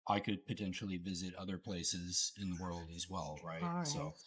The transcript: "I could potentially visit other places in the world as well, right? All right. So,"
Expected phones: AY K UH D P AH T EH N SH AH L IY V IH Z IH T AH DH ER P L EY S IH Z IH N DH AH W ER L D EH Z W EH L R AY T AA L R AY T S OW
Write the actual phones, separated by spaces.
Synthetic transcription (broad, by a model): AY K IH D P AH T EH N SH L IY V IH Z IH T AH DH ER P L EY S IH Z IH N DH AH W ER L D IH Z W EH L R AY AA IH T S OW